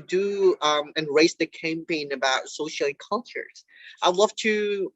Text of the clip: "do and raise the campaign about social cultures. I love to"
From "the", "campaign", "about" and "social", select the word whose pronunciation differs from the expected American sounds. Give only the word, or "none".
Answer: social